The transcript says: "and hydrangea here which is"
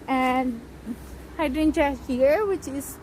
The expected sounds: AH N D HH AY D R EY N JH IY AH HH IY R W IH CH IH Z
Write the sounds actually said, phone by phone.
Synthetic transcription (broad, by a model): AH N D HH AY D EY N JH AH HH IY R W IH CH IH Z